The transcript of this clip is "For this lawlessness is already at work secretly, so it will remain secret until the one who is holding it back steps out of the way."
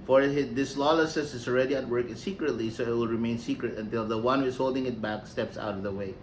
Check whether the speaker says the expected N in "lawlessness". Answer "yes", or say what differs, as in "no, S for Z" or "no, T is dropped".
no, N is dropped